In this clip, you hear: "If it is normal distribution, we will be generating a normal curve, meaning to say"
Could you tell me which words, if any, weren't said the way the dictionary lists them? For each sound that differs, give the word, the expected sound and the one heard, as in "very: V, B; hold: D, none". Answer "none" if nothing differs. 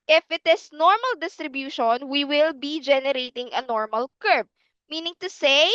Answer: is: Z, S; curve: V, B